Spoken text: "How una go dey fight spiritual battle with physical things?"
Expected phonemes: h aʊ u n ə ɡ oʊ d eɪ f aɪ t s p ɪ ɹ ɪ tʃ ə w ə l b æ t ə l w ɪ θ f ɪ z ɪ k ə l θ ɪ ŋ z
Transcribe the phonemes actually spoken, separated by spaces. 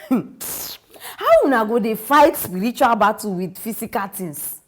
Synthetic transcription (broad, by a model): h aʊ u n ə ɡ oʊ d eɪ f aɪ t s p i ɹ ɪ tʃ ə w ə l b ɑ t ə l w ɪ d f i s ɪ k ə l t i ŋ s